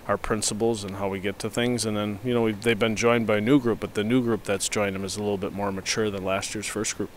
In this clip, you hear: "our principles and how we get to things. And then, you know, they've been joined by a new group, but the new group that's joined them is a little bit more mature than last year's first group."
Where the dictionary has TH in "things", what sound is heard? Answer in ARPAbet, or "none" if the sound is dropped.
TH